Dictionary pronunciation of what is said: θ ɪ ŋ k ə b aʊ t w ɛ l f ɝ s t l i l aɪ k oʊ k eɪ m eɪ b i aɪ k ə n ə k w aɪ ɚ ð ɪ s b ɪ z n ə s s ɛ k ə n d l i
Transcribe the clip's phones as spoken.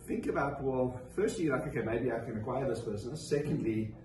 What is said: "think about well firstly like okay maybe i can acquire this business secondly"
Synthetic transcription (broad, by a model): θ ɪ ŋ k ə b aʊ t w ɛ l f ɝ s t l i n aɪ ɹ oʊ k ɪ m eɪ b i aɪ k ə n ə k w aɪ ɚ ð ɪ s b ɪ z n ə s s ɛ k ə n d l i